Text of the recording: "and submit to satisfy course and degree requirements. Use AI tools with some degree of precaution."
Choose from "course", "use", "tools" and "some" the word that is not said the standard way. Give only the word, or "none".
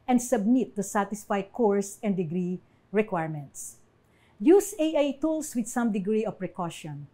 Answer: tools